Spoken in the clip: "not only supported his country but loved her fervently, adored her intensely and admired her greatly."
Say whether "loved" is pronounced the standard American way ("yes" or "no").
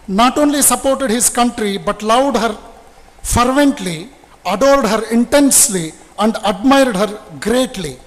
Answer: no